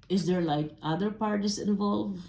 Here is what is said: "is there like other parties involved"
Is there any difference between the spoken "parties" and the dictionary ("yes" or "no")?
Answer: yes